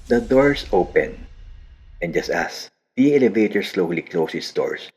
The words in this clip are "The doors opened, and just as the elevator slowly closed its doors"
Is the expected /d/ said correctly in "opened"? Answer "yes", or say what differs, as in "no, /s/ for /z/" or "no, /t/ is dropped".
no, /d/ is dropped